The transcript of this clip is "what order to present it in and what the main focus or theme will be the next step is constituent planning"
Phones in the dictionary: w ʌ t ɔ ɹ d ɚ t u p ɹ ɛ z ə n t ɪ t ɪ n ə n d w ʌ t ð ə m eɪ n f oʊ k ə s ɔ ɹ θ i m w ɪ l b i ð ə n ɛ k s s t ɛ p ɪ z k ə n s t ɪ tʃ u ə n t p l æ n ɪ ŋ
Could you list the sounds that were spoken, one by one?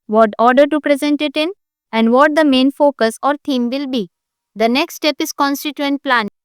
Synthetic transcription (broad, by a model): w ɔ t ɔ ɹ d ɚ t u p ɹ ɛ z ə n t ɪ t ɪ n ə n d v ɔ t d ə m eɪ n f oʊ k ə s ɔ ɹ t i m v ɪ l b i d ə n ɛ k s s t ɛ p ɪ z k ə n s t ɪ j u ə n t p l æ n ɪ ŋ